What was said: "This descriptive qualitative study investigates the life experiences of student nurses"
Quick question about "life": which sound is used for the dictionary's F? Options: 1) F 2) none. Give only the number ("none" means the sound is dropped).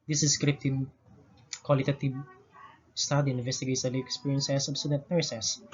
2